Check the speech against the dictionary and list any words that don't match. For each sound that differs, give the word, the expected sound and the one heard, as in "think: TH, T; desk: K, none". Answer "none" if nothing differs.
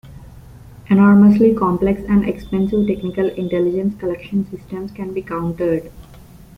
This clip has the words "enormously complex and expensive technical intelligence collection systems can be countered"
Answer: none